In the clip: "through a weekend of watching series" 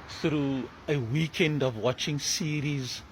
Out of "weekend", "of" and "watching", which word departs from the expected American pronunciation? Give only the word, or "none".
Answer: none